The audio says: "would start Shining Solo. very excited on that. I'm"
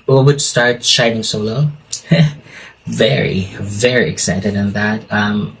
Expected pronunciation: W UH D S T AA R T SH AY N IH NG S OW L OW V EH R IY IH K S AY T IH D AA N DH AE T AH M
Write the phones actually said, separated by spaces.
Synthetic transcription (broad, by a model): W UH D S T AA R T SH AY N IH NG S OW L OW V EH R IY IH K S AY T IH D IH N DH AE T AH M